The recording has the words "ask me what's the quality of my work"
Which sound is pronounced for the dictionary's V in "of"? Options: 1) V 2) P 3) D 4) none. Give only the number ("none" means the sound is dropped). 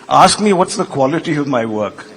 1